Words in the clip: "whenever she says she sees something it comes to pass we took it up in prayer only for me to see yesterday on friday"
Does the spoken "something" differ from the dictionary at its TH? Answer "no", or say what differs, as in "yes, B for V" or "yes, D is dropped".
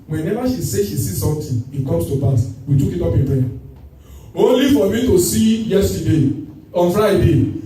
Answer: yes, T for TH